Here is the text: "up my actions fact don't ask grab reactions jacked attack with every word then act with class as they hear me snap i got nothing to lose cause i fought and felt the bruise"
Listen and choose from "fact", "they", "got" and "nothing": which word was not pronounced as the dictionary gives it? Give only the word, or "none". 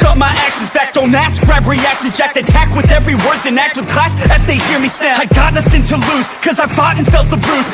none